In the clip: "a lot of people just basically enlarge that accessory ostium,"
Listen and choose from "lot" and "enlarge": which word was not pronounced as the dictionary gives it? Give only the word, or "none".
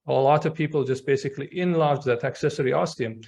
none